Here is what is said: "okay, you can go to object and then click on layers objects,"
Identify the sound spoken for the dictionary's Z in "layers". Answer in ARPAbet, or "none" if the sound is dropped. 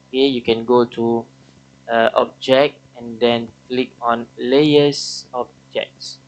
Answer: S